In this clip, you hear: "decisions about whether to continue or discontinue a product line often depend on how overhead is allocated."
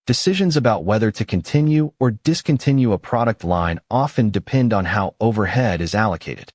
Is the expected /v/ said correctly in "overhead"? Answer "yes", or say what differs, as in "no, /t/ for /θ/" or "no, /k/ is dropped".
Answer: yes